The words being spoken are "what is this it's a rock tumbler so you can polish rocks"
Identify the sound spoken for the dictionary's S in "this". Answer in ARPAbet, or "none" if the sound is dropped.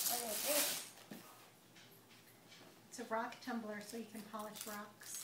none